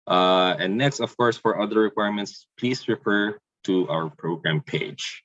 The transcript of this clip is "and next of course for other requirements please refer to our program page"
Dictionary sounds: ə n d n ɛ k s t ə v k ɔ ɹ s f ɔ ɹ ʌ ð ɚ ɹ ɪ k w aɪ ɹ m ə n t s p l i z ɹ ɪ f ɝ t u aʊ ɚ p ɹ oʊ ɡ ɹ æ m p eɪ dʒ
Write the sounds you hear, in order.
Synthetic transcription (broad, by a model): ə n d n ɛ k s t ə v k ɔ ɹ s f ɔ ɹ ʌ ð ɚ ɹ ɪ k w aɪ ɹ m ə n t s p l i s ɹ ɪ f ɝ t u aʊ ɚ p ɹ oʊ ɡ ɹ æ m p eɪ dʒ